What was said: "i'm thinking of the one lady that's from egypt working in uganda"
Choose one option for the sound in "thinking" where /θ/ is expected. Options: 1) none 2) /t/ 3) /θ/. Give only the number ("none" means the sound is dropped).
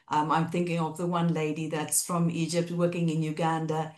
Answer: 3